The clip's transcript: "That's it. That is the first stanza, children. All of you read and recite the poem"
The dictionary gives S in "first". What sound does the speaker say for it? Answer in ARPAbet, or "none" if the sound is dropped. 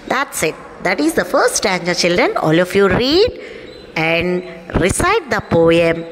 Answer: none